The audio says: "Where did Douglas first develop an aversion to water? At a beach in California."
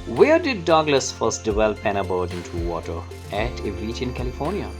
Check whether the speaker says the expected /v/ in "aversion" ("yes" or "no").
no